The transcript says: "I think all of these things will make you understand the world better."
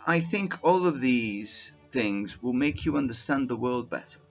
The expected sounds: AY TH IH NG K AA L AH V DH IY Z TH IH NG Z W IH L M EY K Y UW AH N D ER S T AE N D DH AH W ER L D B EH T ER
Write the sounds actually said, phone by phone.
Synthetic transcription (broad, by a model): AY TH IH NG K AA L AH V DH IY Z TH IH NG Z W IH L M EY K Y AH AH N D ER S T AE N DH AH W ER L D B EH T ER